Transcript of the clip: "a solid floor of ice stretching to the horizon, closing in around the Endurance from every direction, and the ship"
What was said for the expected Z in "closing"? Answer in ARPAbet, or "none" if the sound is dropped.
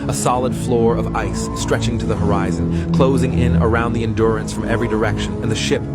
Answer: Z